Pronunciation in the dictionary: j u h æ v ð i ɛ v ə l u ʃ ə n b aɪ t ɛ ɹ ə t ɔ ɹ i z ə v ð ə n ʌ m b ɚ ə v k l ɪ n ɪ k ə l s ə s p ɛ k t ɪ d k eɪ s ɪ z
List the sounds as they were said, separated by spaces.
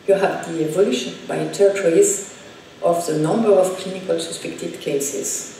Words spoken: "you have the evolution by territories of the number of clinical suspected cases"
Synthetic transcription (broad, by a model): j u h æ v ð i ɛ v ə l u ʃ ə n b aɪ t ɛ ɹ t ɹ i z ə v ð ə n ʌ m b ɚ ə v k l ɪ n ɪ k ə l s ə s p ɛ k t ɪ d k eɪ s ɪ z